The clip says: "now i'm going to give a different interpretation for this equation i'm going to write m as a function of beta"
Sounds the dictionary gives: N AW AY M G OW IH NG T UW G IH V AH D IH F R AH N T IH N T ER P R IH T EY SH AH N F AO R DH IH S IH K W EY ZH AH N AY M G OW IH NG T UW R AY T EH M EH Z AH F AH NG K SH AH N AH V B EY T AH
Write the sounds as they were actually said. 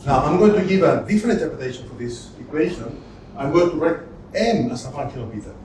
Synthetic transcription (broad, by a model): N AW AY M G OW IH NG T UW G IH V AH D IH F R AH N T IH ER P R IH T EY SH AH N F AO R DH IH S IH K W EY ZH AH N AY M G OW IH NG T UW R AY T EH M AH S AH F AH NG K AH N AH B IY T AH